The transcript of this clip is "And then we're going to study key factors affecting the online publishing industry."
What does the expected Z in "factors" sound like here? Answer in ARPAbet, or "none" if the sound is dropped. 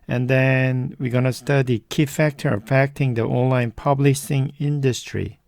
none